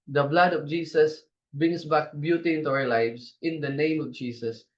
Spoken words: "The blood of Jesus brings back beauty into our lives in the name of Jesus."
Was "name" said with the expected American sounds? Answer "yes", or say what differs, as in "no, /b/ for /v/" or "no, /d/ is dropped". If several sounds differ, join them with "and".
yes